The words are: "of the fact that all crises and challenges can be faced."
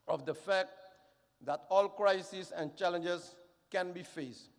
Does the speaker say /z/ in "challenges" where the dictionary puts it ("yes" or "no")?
no